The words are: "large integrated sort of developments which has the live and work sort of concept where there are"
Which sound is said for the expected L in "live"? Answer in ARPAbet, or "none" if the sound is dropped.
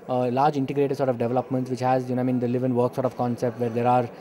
N